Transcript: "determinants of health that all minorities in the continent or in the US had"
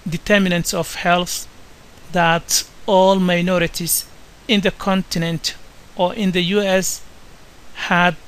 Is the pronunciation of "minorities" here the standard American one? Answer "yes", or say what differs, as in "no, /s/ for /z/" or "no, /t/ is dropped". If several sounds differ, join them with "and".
no, /s/ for /z/